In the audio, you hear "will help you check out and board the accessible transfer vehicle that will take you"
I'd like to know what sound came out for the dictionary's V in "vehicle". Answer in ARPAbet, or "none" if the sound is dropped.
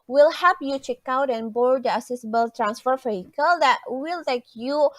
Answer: F